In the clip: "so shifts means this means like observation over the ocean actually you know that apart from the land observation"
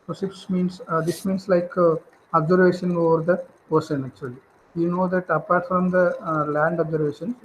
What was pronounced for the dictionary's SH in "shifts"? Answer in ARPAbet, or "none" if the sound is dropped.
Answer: S